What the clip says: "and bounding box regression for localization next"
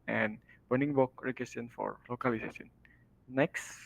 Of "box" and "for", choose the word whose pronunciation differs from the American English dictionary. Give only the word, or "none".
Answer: box